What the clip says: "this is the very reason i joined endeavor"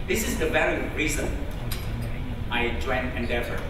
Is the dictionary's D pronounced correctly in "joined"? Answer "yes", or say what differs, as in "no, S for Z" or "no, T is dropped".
no, D is dropped